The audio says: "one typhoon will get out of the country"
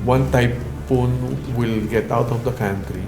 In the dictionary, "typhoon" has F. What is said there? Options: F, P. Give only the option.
P